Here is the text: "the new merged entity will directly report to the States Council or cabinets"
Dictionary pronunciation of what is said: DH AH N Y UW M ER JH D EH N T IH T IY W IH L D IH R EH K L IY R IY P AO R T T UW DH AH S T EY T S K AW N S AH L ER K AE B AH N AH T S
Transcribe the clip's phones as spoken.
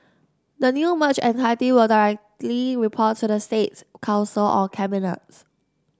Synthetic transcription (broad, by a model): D AH N Y UW M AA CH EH N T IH T IY W IH L D IH R EH K L IY R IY P AO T T UW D AH S T EY T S K AW N S AH L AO K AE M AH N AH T S